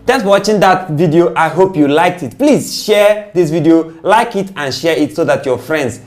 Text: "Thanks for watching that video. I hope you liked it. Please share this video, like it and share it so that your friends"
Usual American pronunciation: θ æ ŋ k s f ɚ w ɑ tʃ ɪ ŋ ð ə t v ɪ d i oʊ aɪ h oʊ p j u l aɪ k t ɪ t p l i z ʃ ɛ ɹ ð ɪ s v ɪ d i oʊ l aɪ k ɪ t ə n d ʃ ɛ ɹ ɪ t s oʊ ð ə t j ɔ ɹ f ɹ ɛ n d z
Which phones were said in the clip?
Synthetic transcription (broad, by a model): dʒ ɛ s w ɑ tʃ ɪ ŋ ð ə t v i d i oʊ aɪ h oʊ p j u l aɪ k t ɪ t p l i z ʃ ɛ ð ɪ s v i d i oʊ l aɪ k ɪ t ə n ʃ ɛ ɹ ɪ t s oʊ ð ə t j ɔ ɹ f ɹ ɛ n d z